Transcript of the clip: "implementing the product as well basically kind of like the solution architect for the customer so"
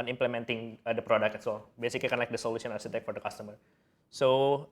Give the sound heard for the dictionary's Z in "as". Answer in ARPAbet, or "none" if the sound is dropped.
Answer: S